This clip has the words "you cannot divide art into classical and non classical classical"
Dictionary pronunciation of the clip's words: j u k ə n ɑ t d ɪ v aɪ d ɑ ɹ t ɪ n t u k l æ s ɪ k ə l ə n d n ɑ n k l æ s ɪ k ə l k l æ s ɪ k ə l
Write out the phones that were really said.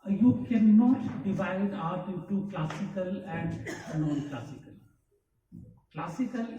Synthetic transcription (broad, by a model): j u k ə n ɑ t d ɪ v aɪ d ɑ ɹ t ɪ t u k l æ s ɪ k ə l ə n d n ɑ n k l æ s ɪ k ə l k l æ s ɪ k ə l